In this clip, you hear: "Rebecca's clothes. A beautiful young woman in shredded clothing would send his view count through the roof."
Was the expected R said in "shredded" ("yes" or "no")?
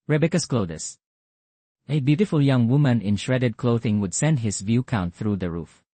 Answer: yes